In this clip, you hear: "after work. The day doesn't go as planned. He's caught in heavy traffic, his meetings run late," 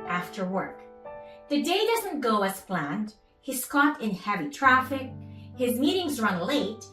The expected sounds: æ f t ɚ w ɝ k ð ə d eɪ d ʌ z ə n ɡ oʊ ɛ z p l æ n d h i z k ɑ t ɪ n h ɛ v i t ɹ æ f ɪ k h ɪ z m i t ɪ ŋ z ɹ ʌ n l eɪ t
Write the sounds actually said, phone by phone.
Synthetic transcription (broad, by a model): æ f t ɚ w ɝ k ð ə d eɪ d ʌ z ə n ɡ oʊ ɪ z p l æ n d h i s k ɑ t ɪ n h ɛ v i t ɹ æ f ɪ k h ɪ z m i t ɪ ŋ z ɹ ʌ n l eɪ t